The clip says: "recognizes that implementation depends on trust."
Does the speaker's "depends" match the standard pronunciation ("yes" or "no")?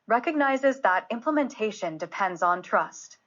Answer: yes